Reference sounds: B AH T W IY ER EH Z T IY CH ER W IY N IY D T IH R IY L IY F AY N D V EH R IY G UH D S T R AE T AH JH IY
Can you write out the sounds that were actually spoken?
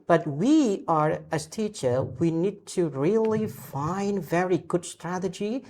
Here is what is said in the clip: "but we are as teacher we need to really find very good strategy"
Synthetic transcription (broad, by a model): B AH T W IY ER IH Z T IY CH ER W IY N IY D T IH R IY L IY F AY N D V EH R IY G UH D S T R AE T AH JH IY